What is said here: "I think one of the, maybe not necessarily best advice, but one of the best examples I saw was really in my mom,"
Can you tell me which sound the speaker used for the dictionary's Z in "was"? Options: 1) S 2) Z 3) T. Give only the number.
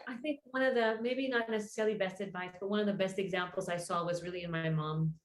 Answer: 2